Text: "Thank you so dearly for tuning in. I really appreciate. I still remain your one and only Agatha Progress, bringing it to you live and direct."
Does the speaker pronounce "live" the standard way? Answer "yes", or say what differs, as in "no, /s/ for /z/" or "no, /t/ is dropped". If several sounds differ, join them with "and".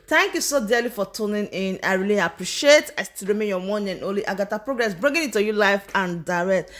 no, /f/ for /v/